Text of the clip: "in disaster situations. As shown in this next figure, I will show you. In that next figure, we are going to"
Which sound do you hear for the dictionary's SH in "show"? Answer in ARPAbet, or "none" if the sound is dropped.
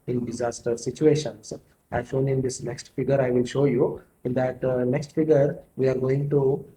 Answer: SH